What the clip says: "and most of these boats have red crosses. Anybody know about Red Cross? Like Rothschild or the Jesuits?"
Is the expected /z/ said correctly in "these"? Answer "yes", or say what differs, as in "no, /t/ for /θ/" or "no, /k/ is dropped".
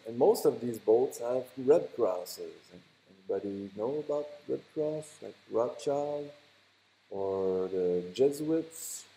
yes